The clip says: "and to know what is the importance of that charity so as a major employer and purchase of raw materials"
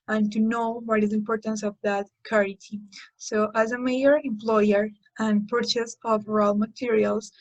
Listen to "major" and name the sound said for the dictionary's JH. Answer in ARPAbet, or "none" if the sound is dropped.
none